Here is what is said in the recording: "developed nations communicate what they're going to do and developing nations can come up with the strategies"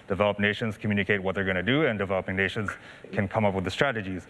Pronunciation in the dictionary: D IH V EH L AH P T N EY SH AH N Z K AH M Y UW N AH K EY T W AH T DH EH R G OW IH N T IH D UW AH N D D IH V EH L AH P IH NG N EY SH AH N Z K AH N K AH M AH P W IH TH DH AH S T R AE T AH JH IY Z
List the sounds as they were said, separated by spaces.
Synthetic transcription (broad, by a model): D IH V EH L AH P N EY SH AH N Z K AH M Y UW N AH K EY T W AH T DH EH R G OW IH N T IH D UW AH N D D IH V EH L AH P IH NG N EY SH AH N Z K AH N K AH M AH P W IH DH AH S T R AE T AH JH IY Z